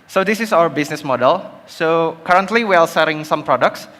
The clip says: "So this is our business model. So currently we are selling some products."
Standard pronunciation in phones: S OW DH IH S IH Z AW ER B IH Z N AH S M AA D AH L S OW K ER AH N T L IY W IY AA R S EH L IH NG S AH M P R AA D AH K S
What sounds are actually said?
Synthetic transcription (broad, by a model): S OW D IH S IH S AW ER B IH S N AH S M AA D AH L S OW K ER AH N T L IY W IY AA L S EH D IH NG S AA M P R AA D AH K S